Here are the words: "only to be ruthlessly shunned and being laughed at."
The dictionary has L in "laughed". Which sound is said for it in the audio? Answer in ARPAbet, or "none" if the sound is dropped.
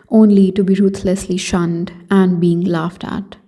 L